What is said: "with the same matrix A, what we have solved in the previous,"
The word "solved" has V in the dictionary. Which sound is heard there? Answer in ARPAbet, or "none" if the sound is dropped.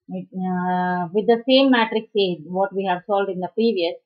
none